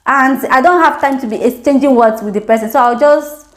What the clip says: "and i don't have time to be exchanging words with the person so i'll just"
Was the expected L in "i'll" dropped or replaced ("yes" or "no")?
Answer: yes